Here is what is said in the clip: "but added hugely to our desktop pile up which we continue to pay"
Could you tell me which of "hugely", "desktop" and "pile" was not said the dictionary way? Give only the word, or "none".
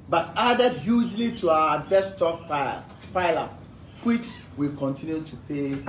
desktop